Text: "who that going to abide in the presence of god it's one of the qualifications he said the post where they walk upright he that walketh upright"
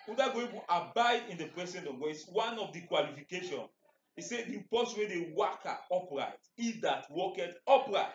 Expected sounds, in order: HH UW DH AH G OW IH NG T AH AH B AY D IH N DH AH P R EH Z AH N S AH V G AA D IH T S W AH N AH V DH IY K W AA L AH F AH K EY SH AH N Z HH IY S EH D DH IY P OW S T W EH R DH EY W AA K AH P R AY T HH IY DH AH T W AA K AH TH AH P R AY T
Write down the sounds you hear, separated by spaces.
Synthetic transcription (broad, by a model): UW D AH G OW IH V T AH B AY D IH N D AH P R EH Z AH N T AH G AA IH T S W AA N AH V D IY K W AA L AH F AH K EY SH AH N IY S EH D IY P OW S W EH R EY W AA K AH P R AY T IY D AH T W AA K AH T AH P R AY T